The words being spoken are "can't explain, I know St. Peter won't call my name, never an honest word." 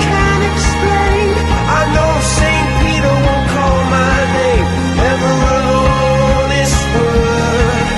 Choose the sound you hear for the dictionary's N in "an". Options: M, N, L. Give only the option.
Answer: L